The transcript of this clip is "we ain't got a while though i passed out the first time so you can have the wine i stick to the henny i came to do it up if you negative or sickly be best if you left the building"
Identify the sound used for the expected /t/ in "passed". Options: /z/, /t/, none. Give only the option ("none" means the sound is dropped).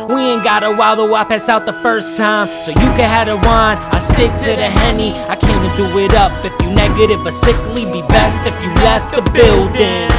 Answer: none